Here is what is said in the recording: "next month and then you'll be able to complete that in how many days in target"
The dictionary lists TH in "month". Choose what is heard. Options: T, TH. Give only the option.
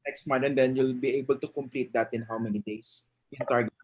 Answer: T